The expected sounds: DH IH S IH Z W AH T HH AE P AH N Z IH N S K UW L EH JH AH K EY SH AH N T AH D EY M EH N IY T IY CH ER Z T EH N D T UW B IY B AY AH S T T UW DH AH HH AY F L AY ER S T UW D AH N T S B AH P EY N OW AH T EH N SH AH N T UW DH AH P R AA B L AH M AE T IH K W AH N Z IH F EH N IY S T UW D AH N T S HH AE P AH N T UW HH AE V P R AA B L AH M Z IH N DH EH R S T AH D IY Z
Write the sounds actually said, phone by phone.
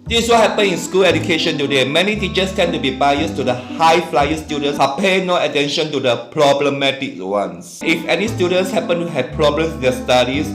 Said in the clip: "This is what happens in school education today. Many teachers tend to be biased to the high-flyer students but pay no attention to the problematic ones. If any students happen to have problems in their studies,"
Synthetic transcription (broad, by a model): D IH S W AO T HH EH P AH N IH N S K UW L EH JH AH K EY SH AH N T AH D EY M EH N IY T IY CH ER S T EH N T UW B IY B AY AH S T T UW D AH HH AY F L AY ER S T UW D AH N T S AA P EY N OW AH T EH N SH AH N T UW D AH P R AA B L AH M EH T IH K W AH N S IH F EH N IY S T UW D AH N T S HH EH P AH N T UW HH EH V P R AA B L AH M S IH N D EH S T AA D IY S